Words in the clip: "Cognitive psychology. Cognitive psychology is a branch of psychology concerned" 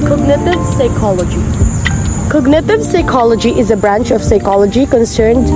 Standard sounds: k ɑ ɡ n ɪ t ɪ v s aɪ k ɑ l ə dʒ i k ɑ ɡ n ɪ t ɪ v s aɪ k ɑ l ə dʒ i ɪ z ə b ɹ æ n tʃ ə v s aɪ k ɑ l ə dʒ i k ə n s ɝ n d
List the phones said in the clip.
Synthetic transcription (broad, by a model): k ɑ ɡ n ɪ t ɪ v s aɪ k ɑ l ə dʒ i k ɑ ɡ n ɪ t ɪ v s aɪ k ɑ l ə dʒ i ɪ z ə b ɹ æ n tʃ ə v s aɪ k ɑ l ə dʒ i k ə n s ɝ n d